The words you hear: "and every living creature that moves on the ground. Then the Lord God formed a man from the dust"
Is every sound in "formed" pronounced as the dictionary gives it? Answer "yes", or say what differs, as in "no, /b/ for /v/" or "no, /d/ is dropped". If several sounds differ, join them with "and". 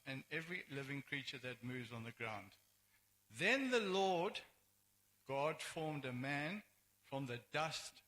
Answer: yes